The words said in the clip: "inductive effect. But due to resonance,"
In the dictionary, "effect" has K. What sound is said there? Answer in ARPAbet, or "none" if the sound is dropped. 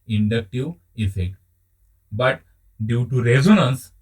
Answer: K